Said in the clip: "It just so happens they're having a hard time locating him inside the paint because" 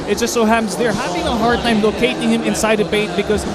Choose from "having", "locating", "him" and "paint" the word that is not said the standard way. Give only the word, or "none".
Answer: paint